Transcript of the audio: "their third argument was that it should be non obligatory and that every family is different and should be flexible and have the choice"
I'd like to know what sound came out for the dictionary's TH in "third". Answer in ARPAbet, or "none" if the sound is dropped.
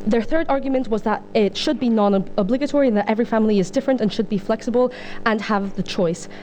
TH